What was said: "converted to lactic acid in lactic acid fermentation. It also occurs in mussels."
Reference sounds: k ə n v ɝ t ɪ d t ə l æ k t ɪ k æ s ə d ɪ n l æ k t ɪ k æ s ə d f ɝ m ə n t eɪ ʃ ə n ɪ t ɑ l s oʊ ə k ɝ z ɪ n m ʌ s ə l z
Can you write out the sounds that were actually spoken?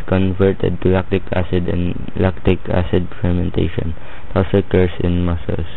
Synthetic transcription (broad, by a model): k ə n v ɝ t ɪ d t ə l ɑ k t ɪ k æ s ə d ɪ n l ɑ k t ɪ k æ s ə d f ɝ m ə n t eɪ ʃ ə n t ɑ w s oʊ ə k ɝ s ɪ n m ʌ s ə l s